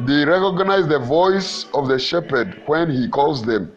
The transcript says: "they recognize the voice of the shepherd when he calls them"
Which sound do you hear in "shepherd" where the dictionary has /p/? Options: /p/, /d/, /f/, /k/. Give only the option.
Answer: /p/